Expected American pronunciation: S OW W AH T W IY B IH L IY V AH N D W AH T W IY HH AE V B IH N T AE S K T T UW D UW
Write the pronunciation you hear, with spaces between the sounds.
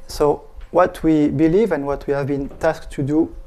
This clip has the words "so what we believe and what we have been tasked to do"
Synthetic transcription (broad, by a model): S OW W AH T W IY B IH L IY V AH N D W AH T W IY HH AE V B IH N T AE S K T T UW D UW